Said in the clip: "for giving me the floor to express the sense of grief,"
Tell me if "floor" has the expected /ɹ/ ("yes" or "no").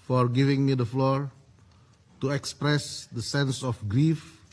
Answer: yes